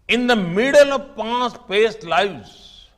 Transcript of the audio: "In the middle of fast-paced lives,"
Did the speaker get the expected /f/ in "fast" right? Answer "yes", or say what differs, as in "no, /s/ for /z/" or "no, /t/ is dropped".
no, /p/ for /f/